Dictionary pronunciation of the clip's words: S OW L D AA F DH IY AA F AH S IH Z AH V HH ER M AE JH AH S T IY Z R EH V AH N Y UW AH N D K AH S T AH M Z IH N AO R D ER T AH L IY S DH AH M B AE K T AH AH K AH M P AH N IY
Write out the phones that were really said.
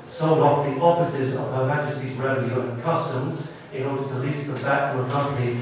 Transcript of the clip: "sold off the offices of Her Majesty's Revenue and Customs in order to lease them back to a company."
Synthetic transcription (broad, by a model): S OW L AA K DH IY AA F AH S IH Z AH V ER M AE JH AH S T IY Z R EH AH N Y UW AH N K AH S T AH M Z IH N AO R D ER T AH L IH S DH AH M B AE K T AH AH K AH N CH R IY